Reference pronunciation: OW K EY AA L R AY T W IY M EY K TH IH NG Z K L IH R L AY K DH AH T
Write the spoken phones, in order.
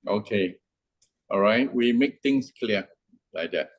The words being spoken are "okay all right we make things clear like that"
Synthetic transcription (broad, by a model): OW K EY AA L R AY T W IY M EY K T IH NG S K L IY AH L AY K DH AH T